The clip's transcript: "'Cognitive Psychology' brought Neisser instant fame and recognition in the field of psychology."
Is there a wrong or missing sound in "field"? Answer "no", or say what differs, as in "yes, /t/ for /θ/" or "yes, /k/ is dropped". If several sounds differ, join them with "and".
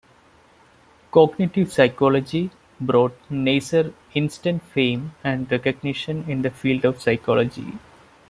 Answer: no